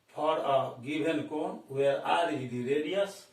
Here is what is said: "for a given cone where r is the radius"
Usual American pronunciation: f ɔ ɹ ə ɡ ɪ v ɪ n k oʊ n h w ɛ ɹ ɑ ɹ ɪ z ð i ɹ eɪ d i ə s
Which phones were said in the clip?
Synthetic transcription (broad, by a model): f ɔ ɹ ə ɡ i b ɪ n k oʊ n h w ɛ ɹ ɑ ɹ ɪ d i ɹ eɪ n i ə s